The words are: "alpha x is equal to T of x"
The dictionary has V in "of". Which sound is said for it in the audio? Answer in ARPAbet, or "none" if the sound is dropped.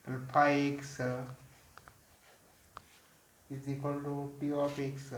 P